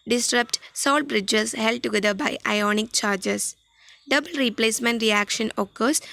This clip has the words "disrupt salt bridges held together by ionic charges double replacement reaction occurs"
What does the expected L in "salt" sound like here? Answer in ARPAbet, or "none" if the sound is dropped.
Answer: L